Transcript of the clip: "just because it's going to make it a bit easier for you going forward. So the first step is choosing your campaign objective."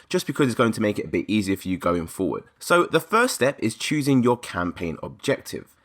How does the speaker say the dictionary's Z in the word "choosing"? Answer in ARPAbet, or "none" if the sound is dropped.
Z